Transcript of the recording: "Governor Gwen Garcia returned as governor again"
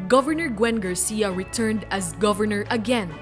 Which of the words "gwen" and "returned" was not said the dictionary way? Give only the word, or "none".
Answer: none